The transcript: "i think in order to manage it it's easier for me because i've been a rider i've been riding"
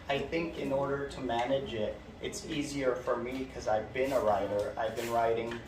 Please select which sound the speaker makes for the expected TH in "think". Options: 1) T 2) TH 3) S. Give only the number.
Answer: 2